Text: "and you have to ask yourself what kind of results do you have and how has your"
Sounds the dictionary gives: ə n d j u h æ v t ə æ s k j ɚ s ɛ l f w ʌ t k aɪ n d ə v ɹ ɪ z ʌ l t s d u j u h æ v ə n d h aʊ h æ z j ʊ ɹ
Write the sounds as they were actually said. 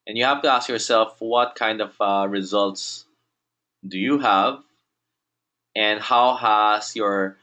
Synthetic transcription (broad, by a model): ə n j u h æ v t ə æ s k j ɚ s ɛ l f w ʌ t k aɪ n d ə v ɹ ɪ z ʌ l t s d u j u h æ v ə n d h aʊ h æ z j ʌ ɹ